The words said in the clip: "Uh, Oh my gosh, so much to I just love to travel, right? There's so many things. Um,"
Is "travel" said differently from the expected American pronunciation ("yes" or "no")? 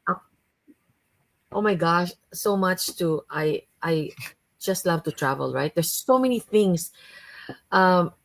no